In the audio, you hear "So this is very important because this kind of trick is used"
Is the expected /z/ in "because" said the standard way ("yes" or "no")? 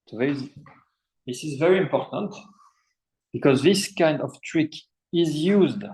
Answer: yes